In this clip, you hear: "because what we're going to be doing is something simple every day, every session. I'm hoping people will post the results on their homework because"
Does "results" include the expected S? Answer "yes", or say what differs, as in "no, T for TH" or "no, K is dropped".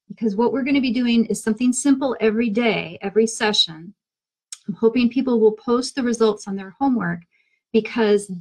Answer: yes